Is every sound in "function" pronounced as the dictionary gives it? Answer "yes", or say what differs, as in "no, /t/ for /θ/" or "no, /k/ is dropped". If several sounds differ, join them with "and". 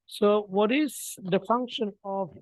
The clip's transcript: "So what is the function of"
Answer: yes